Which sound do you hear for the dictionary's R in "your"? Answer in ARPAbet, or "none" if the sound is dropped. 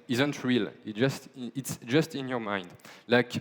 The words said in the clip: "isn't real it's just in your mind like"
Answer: R